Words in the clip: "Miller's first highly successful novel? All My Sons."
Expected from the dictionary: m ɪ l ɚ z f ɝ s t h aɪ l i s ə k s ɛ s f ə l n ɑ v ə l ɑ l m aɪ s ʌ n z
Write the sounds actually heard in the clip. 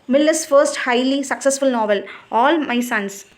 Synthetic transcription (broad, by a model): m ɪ l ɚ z f ɝ s t h aɪ l i s ə k s ɛ s f ə l n ɑ v ə l ɑ l m aɪ s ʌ n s